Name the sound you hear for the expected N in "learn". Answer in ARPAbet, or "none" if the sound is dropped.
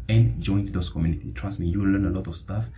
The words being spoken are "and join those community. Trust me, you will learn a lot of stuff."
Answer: N